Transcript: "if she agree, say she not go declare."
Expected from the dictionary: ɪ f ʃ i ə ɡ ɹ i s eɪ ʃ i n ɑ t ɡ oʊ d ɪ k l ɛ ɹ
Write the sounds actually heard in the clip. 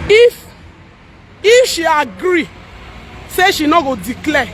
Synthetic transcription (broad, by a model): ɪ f ʃ i ə ɡ ɹ i s eɪ ʃ i n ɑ ɡ oʊ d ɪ k l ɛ